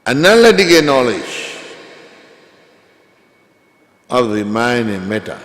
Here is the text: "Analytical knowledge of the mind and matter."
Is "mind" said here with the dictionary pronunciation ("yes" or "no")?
no